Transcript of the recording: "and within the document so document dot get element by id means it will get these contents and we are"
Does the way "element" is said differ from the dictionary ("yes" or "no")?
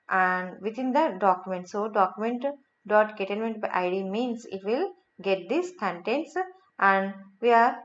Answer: yes